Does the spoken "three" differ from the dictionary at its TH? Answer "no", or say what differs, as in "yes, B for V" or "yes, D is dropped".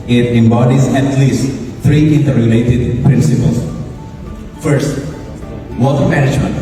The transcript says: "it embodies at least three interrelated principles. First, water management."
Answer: yes, T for TH